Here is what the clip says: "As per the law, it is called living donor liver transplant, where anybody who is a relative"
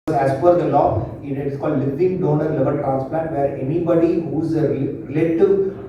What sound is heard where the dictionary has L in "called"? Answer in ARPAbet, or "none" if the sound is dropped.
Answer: L